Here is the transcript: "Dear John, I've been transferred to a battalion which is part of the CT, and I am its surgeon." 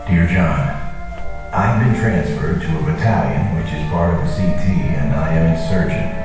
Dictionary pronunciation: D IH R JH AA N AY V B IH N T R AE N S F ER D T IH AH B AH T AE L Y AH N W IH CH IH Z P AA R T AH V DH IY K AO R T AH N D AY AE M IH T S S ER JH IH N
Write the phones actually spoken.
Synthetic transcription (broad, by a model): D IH R JH AA N AY V B IH N T R AE N S F ER D T IH AH B AH T AE L Y AH N W IH CH IH Z B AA R AH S IY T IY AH N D AY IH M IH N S S ER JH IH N